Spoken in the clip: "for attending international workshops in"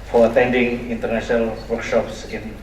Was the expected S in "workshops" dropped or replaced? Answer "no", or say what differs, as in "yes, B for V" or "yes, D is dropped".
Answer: no